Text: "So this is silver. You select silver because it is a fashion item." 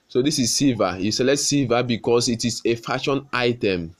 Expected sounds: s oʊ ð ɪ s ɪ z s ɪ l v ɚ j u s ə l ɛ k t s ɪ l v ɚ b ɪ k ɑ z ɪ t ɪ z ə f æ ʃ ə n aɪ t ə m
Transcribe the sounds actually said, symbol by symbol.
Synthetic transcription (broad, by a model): s oʊ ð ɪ s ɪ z s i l v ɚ j u s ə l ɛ t s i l v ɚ b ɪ k ɑ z ɪ t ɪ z ə f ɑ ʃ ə n aɪ t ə m